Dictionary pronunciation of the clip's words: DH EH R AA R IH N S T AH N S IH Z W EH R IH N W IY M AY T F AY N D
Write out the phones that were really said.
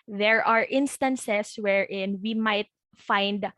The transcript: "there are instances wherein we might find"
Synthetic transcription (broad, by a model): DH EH R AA R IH N S T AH N S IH S W EH R IH N W IY M AY T F AY N D